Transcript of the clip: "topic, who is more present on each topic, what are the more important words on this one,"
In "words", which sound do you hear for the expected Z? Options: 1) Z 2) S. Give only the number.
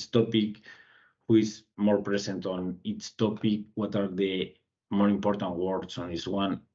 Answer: 2